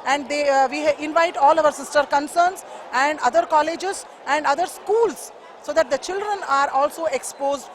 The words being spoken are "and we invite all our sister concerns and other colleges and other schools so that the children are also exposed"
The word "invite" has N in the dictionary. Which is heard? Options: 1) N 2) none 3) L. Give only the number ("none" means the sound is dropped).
1